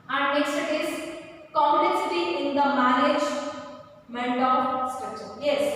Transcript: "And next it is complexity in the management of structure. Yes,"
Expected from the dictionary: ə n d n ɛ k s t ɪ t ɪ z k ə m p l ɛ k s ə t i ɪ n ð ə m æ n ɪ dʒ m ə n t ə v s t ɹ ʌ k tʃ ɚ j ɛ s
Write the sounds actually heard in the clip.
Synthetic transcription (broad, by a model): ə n d n ɛ k s t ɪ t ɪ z k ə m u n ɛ s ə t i ɪ n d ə m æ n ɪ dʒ m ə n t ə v s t ʌ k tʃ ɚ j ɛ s